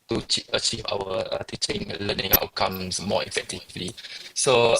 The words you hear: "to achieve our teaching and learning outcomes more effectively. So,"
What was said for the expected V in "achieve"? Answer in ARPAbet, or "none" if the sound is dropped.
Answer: V